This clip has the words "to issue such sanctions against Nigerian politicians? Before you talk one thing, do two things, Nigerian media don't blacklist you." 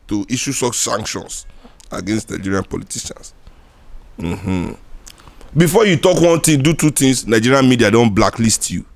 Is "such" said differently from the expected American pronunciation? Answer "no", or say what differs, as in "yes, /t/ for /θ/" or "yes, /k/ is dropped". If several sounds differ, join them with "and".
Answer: yes, /s/ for /tʃ/